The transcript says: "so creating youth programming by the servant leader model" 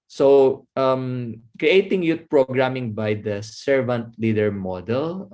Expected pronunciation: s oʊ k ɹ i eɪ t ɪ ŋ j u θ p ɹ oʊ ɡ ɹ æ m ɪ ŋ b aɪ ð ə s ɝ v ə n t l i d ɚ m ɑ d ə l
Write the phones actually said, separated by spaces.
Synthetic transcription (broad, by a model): s oʊ k ɹ i eɪ t ɪ ŋ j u t p ɹ oʊ ɡ ɹ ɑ m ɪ ŋ b aɪ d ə s ɝ v ə n t l i d ɚ m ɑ d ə l